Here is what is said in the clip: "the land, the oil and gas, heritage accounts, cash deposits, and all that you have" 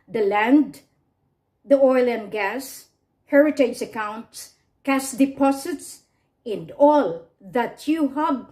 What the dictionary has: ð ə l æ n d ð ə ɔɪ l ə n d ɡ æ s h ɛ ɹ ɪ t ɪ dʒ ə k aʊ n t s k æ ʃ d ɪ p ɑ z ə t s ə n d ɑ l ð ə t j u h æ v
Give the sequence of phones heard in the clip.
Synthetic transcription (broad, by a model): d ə l æ n d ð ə ɔɪ l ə n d ɡ æ s h ɛ ɹ ɪ t ɪ dʒ ə k aʊ n t s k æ s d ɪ p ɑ s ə t s ə n d ɑ l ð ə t j u h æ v